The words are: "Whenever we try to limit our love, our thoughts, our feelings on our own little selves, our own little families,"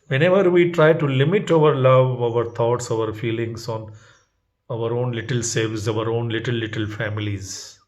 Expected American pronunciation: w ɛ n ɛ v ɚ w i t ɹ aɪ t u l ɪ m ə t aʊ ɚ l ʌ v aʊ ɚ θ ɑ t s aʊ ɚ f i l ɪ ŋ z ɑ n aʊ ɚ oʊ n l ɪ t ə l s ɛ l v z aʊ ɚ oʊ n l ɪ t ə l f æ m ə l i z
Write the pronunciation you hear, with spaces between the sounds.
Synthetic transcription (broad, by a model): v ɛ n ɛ v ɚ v i t ɹ aɪ t u l ɪ m ə t aʊ ɚ l ʌ v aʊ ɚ t ɑ t s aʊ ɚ f i l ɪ ŋ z ɑ n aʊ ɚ oʊ n l ɪ t ə l s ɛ v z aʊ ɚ oʊ n l ɪ t ə l f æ m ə l i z